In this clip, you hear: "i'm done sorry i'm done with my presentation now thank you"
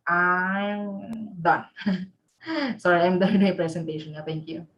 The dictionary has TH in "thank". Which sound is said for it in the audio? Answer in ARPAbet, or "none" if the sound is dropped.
T